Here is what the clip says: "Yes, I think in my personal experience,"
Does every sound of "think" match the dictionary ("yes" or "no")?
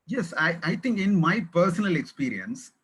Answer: no